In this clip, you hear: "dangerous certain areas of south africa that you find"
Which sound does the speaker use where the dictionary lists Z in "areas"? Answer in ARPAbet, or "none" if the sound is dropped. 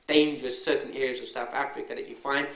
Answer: Z